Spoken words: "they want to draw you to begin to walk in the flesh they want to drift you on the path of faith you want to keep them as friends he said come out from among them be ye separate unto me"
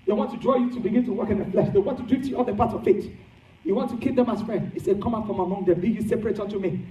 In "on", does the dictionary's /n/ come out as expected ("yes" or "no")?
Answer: no